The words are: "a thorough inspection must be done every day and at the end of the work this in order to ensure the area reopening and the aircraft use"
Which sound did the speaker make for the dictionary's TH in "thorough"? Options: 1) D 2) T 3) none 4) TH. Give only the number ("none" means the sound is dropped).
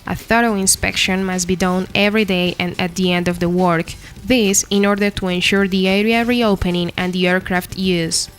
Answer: 4